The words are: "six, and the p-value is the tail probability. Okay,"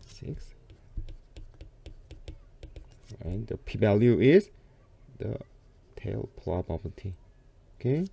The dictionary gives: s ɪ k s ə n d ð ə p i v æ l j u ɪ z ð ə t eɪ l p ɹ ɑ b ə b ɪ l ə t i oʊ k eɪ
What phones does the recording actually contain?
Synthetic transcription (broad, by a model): s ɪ k s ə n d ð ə p i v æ l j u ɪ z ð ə t eɪ l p l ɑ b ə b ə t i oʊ k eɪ